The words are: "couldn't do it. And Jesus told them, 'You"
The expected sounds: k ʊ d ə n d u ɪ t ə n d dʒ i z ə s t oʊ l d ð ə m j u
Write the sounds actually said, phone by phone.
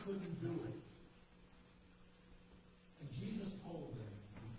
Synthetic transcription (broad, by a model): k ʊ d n d u ɪ t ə n dʒ i z ə s t oʊ l d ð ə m